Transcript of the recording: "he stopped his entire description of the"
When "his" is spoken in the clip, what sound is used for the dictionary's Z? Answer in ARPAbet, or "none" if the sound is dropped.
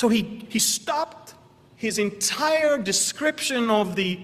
Z